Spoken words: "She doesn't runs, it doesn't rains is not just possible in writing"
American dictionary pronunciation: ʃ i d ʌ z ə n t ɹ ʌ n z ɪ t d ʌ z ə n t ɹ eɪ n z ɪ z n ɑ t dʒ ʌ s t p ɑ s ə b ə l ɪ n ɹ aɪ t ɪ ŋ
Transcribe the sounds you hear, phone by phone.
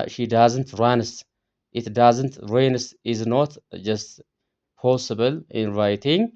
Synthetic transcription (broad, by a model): ʃ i d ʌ z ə n t ɹ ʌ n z ɪ t d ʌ z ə n t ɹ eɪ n s ɪ z n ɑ t dʒ ʌ s t p ɑ s ə b ə l ɪ n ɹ aɪ t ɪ ŋ